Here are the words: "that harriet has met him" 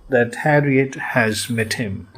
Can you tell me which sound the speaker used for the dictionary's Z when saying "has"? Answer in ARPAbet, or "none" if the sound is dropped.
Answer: Z